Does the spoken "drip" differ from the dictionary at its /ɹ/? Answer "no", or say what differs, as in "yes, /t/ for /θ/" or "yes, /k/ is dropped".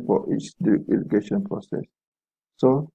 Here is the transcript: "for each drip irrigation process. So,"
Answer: yes, /ɹ/ is dropped